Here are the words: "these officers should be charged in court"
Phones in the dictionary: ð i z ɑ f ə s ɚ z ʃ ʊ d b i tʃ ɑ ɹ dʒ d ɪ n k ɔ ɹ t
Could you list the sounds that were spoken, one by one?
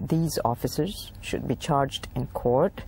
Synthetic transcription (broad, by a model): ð i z ɑ f ə s ɚ z ʃ ʊ d b i tʃ ɑ ɹ dʒ d ɪ n k ɔ ɹ t